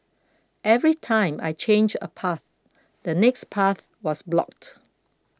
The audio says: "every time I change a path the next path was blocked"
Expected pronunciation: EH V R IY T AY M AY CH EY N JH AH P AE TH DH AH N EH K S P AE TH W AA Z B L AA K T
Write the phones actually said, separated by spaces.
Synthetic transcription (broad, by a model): EH V R IY T AY M AY CH EY N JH AH P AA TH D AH N EH K S P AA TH W AA S B L AA K T